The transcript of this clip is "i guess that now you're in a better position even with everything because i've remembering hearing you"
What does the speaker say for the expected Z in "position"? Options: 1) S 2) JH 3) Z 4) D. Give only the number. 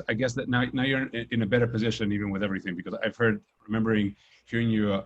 3